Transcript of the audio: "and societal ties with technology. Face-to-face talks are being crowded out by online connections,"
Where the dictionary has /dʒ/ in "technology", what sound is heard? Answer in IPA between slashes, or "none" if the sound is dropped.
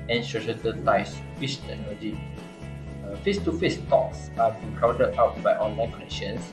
none